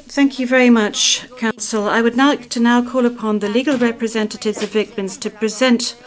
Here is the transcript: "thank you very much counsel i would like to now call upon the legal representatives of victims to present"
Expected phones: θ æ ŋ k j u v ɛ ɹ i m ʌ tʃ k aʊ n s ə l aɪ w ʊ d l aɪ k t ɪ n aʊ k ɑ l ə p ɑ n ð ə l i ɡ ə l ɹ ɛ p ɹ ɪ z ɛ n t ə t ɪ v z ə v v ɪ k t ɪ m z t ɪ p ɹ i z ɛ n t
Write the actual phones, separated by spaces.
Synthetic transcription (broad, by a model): θ æ ŋ k j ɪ v ɛ ɹ i m ʌ tʃ k aʊ n s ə l aɪ w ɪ d n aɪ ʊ t ɪ n aʊ k ɑ l ə p ɑ n ð ə l i ɡ ə l ɹ ɛ p ɹ ɪ z ɛ n t ə t ɪ v z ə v v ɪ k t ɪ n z t ɪ p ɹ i z ɛ n t